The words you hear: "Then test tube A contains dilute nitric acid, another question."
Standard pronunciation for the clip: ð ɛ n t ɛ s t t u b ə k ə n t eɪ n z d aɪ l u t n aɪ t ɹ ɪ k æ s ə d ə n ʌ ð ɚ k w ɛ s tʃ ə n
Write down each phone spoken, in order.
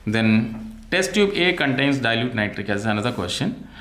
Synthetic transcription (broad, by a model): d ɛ n t ɛ s t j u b ə k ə n t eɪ n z d aɪ l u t n aɪ t ɹ ɪ k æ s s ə n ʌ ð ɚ k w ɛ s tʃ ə n